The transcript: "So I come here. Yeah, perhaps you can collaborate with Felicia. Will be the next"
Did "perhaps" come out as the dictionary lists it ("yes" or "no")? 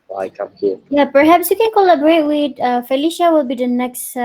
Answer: yes